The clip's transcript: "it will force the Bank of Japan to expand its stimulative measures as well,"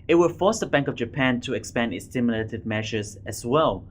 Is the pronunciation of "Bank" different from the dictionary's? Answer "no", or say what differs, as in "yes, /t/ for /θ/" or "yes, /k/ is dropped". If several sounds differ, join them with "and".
no